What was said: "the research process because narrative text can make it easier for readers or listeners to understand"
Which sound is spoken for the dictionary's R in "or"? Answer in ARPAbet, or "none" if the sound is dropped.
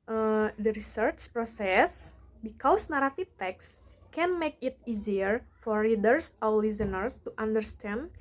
W